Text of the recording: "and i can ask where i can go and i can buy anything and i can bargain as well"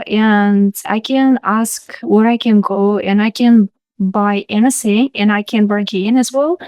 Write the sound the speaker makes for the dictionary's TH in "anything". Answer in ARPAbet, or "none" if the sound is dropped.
S